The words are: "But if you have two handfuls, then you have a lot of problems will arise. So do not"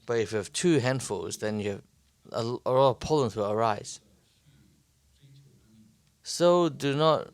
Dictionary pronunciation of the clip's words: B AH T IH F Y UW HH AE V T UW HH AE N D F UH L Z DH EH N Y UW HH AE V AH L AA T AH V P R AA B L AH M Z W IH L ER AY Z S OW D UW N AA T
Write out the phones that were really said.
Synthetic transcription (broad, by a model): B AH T IH F Y UW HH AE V T UW HH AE N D F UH L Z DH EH N Y UW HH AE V AH L AA T AH V P AA L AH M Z W IH L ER AY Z S OW D UW N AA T